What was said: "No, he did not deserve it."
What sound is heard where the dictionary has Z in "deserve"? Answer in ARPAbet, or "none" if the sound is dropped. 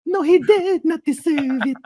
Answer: S